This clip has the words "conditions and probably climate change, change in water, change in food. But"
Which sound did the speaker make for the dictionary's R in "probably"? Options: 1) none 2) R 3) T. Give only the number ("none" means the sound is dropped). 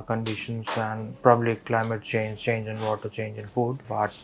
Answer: 1